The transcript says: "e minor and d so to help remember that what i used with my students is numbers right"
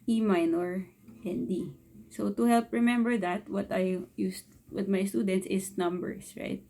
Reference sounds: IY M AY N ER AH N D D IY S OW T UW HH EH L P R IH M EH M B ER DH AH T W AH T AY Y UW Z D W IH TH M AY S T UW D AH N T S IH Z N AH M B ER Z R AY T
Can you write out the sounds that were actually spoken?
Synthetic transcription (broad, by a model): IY M AY N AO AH N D D IY S OW T UW HH EH L P R IH M EH M B ER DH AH T W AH T AY Y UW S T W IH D M AY S T UW D AH N T S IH S N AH M B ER S R AY T